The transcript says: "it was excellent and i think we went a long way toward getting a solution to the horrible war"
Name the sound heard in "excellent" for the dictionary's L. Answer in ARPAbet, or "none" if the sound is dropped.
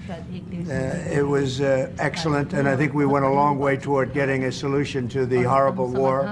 L